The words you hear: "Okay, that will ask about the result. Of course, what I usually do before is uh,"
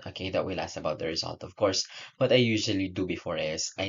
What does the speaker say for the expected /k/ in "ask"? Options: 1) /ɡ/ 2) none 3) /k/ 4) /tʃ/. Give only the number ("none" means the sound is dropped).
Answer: 2